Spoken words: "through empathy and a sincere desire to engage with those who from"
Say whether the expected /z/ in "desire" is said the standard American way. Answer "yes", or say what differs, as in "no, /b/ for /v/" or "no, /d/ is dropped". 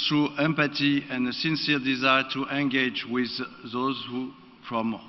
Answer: yes